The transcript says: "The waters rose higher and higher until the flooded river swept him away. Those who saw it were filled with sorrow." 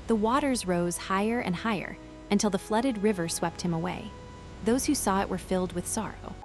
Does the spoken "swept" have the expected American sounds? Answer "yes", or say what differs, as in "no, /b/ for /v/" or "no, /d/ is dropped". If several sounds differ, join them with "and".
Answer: yes